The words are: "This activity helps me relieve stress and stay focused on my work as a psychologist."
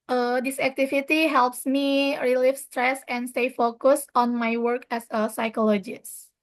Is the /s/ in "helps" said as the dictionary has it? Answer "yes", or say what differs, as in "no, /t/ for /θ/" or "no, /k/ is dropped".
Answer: yes